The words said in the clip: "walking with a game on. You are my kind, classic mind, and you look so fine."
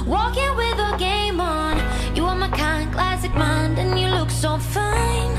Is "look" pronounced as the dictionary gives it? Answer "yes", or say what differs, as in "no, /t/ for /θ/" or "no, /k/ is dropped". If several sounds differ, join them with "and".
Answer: yes